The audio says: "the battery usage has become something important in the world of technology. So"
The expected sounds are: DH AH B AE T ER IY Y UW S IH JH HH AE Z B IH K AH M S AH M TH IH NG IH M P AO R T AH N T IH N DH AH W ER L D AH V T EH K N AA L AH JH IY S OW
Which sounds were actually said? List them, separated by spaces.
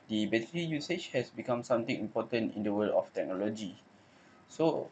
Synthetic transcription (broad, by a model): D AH B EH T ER IY Y UW S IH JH HH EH S B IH K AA M S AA M T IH NG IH M P AO T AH N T IH N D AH W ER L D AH F T EH K N AA L AH JH IY S OW